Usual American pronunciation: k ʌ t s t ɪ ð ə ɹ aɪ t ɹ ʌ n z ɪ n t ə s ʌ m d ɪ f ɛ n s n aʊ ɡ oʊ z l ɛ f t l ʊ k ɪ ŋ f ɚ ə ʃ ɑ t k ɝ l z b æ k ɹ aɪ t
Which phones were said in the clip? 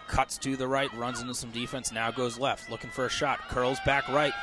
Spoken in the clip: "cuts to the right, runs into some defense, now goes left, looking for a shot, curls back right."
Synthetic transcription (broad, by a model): k ʌ t s t ɪ ð ə ɹ aɪ t ɹ ʌ n z ɪ n t ə s ʌ m d ɪ f ɛ n s n aʊ ɡ oʊ z l ɛ f t l ʊ k ɪ ŋ f ɚ ə ʃ ɑ t k ɝ l z b æ k ɹ aɪ t